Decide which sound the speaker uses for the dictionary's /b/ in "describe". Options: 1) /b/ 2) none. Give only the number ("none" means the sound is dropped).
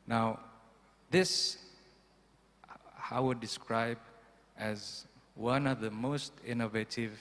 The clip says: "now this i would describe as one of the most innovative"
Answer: 1